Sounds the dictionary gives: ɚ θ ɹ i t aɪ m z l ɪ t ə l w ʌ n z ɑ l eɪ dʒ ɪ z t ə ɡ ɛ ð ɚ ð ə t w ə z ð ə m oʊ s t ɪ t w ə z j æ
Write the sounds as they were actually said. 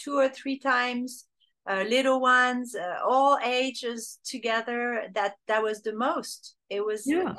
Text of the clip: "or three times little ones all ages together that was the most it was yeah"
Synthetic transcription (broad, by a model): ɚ θ ɹ i t aɪ m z l ɪ t l w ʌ n z ɑ l eɪ dʒ ɪ z t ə ɡ ɛ ð ɚ ð ə t w ə z ð ə m oʊ s t ɪ t w ə z